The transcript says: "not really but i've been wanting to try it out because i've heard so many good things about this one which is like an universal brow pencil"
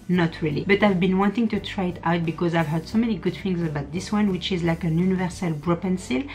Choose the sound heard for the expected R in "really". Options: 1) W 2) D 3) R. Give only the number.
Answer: 3